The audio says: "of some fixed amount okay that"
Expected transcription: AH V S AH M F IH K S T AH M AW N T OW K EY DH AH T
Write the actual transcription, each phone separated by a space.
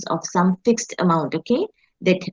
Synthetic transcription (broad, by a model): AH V S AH M F IH K S T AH M AW N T OW K EY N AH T